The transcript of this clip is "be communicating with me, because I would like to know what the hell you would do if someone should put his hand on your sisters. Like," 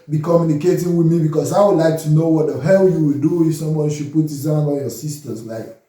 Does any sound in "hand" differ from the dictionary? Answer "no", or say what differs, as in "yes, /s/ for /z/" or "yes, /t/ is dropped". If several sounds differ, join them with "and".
yes, /d/ is dropped